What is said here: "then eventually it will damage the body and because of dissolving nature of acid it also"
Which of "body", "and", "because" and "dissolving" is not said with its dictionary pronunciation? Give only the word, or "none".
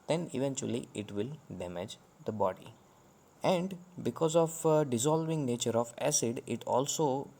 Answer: none